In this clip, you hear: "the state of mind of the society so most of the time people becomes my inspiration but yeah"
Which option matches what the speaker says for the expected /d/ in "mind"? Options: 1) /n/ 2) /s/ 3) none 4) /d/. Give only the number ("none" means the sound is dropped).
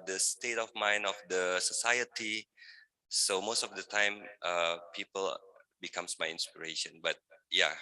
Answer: 3